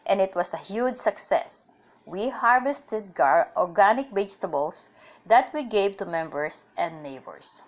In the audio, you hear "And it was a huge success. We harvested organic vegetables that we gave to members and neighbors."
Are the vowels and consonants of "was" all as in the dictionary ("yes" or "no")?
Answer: no